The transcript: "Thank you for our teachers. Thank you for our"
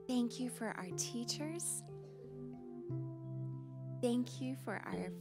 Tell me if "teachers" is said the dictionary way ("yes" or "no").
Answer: yes